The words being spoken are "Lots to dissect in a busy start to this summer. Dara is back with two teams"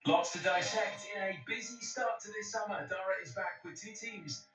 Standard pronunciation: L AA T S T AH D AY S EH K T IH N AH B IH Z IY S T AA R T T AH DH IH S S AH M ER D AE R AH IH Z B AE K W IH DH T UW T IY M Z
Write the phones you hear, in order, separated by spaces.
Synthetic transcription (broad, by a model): L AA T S T AH D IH SH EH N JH IH N AH B IH Z IY S T AA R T T AH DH IH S S AH M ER D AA R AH IH Z B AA K W IH DH T UW T IY M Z